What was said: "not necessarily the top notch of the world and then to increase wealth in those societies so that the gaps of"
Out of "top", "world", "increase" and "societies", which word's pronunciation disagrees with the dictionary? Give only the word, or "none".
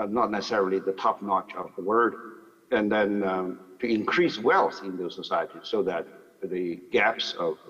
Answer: world